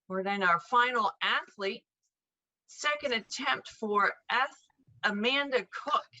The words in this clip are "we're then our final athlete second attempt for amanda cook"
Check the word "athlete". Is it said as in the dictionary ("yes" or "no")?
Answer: yes